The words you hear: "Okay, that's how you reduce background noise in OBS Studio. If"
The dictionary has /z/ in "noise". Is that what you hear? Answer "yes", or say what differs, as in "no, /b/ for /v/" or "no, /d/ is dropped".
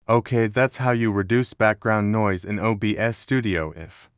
yes